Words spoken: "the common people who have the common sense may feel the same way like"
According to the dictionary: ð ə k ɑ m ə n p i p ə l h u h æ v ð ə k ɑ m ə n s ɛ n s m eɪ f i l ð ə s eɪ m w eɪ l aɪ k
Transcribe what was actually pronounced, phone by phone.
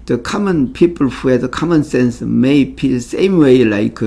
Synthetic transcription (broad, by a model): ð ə k ɑ m ə n p i p ə l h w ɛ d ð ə k ɑ m ə n s ɛ n s m eɪ p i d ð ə s eɪ m w eɪ l aɪ k